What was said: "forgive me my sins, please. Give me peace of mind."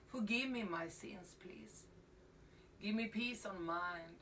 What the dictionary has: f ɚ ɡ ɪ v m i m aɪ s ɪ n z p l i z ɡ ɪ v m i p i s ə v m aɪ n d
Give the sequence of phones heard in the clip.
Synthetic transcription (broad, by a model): f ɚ ɡ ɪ v m i m aɪ s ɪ n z p l i z ɡ ɪ v m i p i s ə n m aɪ n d